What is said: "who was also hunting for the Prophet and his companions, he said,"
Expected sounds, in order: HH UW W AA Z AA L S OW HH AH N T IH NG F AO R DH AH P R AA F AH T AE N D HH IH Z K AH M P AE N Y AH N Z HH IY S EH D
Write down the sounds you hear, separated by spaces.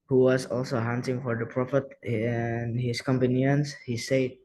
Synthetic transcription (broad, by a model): HH UW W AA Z AA L S OW HH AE N S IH NG F AO R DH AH P R AA F AH T N HH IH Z K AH M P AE N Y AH N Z HH IY S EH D